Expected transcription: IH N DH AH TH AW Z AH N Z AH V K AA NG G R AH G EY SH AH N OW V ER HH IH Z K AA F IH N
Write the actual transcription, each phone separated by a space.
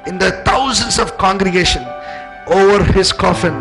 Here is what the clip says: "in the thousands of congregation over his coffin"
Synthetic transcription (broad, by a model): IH N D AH T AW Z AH N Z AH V K AA NG G R AH G EY SH AH N OW V ER HH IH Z K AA F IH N